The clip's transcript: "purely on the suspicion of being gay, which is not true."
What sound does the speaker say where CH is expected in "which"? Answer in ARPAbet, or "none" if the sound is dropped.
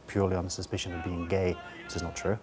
S